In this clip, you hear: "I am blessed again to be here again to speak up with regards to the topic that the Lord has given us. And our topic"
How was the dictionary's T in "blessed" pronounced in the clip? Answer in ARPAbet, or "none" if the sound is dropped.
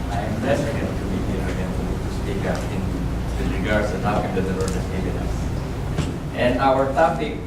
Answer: none